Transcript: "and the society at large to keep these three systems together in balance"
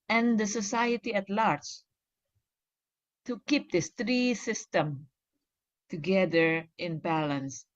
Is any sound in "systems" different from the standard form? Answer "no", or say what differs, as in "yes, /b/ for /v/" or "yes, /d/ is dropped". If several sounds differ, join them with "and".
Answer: yes, /z/ is dropped